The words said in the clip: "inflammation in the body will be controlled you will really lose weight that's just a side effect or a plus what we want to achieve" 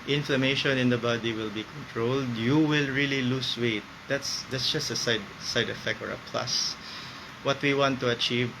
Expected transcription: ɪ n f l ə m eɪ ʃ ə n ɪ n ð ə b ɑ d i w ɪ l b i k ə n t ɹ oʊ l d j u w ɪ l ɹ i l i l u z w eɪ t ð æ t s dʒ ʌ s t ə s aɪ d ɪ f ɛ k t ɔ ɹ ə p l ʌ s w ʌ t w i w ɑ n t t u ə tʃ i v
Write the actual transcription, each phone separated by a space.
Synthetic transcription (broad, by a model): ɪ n f l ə m eɪ ʃ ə n ɪ n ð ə b ɑ d i w ɪ l b i k ə n t ɹ oʊ l d j u w ɪ l ɹ i l i l u s w eɪ t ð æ t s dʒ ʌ s t ə s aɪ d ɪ f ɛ k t ɔ ɹ ə p l ʌ s w ʌ t w i w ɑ n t t u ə tʃ i v